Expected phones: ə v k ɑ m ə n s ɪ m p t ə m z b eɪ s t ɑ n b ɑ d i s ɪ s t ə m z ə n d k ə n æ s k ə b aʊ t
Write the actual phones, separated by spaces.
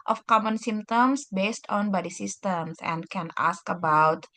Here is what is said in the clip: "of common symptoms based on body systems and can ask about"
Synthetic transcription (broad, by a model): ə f k ɑ m ə n s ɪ m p t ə m s b eɪ s t ɑ n b ɑ d i s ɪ s t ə m s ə n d k ə n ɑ s k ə b aʊ t